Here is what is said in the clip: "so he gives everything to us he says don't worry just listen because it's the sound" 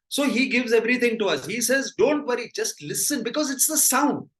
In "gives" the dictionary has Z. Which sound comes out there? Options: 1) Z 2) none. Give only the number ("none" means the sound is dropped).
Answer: 1